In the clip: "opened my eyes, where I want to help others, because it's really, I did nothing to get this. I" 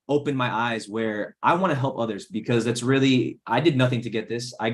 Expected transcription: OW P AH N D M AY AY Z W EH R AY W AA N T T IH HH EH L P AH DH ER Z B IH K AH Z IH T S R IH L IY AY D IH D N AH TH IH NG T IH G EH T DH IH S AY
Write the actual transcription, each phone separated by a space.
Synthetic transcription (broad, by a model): OW P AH N M AY AY Z W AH R AY W AA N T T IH HH EH L P AH DH ER Z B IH K AH Z IH T S R IH L IY AY D IH D N AH TH IH NG T IH G EH T DH IH S AY